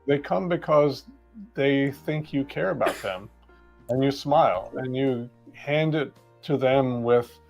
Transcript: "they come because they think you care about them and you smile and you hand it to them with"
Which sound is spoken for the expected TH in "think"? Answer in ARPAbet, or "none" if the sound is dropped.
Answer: TH